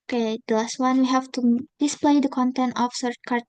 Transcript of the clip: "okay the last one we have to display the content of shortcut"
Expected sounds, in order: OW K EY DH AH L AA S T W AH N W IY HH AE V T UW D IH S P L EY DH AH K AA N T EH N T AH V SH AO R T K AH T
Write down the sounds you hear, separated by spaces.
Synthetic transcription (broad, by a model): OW K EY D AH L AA S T W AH N W IY HH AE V T UW D IH S P L EY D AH K AA N T EH N T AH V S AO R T K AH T